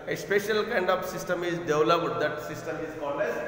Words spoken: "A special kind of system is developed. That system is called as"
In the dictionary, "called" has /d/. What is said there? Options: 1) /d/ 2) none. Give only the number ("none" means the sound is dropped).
2